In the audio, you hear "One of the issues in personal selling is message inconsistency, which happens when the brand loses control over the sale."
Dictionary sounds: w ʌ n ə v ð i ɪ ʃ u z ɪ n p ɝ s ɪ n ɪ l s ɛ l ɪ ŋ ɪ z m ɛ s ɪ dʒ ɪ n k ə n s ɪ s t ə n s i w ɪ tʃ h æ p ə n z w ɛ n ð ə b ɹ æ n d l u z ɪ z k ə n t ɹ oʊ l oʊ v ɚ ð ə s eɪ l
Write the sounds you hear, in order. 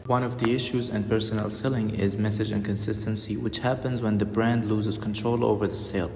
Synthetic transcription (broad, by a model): w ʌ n ə v ð i ɪ ʃ u z ɪ n p ɝ s ɪ n ɪ l s ɛ l ɪ ŋ ɪ z m ɛ s ɪ dʒ ɪ n k ə n s ɪ s t ə n s i w ɪ tʃ h æ p ə n z w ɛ n ð ə b ɹ æ n d l u z ɪ z k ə n t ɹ oʊ l oʊ v ɚ ð ə s eɪ l